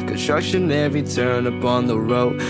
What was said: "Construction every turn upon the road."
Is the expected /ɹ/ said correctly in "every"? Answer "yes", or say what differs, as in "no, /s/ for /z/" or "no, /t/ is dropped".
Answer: no, /ɹ/ is dropped